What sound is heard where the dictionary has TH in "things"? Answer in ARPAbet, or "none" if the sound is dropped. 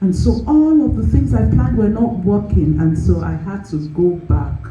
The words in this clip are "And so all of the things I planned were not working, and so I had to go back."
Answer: TH